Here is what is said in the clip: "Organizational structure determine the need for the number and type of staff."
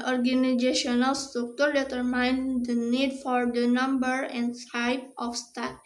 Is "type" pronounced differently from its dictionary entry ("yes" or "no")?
yes